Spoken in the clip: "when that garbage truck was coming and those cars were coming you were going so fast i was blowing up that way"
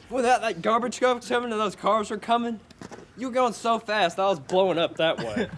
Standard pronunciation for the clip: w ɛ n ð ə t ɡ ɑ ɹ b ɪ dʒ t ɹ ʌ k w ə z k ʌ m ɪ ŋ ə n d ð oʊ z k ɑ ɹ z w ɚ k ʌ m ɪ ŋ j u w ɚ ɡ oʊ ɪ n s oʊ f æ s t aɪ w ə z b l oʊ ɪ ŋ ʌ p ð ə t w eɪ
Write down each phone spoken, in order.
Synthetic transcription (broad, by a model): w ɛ n ð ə t ɡ ɑ ɹ b ɪ dʒ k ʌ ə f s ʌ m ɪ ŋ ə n ð oʊ z k ɑ ɹ z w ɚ k ʌ m ɪ ŋ j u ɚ ɡ oʊ ɪ n s oʊ f æ s t aɪ w ə z b l oʊ ɪ ŋ ʌ p ð ə t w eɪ